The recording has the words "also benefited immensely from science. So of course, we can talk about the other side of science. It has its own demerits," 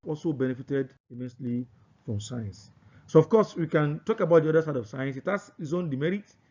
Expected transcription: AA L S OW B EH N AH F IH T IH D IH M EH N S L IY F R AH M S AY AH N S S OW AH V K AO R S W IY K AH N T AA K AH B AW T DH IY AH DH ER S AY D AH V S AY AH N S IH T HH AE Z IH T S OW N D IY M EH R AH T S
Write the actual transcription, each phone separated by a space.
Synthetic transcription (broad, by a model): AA L S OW B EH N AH F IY T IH D IH M EH N S L IY F R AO M S AY AH N S S OW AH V K AO S W IY K AH N T AA K AH B AW T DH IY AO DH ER S AY D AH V S AY AH N S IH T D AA S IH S OW N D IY M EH R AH T